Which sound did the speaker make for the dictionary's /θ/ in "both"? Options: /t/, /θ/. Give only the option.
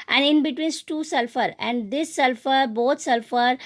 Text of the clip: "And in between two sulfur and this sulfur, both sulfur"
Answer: /t/